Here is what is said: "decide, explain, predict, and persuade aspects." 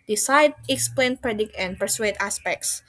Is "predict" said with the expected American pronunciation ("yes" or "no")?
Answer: yes